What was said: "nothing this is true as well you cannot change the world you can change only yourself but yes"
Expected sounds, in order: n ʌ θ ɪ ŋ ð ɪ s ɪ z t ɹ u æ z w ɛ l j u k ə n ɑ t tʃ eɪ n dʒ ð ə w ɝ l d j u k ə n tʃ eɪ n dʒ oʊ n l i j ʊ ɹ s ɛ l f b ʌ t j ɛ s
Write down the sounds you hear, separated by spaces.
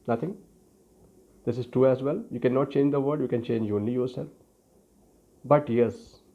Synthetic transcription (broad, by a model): n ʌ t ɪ ŋ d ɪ s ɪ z t ɹ u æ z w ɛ l j u k ə n ɑ t tʃ eɪ n dʒ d ə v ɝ d j u k ə n tʃ eɪ n dʒ oʊ n l i j ʊ ɹ s ɛ l f b ʌ t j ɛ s